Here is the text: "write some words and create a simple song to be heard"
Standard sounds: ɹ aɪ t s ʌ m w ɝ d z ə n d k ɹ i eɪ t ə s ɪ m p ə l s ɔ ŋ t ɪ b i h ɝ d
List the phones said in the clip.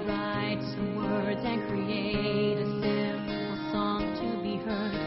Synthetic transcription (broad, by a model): ɹ aɪ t s ʌ m w ɝ d z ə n k ɹ i eɪ t ə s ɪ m ə s ɔ ŋ t ɪ b i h ɝ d